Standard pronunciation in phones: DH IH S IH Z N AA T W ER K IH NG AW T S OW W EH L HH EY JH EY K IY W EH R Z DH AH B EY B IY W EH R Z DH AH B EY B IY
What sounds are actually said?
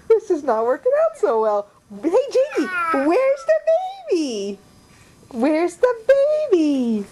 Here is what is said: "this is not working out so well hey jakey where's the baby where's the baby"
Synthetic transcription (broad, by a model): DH IH S IH Z N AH T W ER K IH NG AW T S OW W EH L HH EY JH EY IY W EH R Z DH AH B EY B IY W EH R Z DH AH B EY B IY